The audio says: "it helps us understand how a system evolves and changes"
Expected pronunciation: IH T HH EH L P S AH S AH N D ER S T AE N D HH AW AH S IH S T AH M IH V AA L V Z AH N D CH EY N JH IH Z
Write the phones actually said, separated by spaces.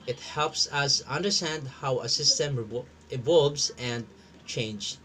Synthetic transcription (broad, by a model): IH T HH EH L P S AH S AH N D ER S T AE N D HH AW AH S IH S T AH M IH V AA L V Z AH N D CH EY N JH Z